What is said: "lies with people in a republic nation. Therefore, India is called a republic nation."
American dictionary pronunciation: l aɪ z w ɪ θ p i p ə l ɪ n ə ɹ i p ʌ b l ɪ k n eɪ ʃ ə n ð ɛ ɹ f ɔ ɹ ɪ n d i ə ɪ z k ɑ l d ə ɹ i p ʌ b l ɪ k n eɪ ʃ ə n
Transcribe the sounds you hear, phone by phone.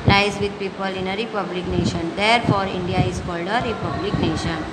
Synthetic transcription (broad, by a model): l aɪ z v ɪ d p i p ə l ɪ n ə ɹ i p ʌ b l ɪ k n eɪ ʃ ə n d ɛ ɹ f ɔ ɹ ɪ n d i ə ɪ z k ɑ l d ə ɹ i p ʌ b l ɪ k n eɪ ʃ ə n